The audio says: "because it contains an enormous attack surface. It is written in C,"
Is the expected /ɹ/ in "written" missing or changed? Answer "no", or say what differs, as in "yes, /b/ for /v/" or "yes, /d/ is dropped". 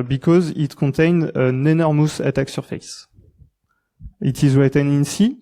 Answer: yes, /w/ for /ɹ/